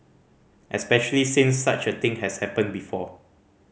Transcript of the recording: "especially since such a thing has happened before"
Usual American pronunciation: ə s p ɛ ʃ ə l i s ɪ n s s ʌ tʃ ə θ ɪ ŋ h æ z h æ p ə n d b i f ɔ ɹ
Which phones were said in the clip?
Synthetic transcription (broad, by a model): ə s p ɛ ʃ ə l i s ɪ n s s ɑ tʃ ə t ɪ ŋ h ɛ s h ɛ p ə n b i f ɔ